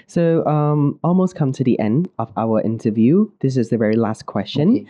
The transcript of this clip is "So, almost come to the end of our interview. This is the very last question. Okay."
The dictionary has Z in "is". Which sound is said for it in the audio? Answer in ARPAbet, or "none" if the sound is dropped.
Z